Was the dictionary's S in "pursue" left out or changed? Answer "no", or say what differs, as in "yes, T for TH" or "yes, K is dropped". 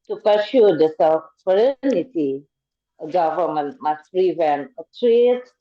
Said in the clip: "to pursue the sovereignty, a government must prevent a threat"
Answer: yes, SH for S